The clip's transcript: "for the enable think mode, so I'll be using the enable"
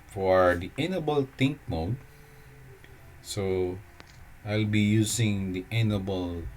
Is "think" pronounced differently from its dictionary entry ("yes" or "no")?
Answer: yes